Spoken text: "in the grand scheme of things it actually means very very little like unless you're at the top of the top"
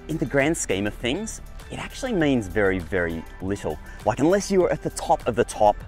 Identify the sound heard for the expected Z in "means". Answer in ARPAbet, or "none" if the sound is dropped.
Z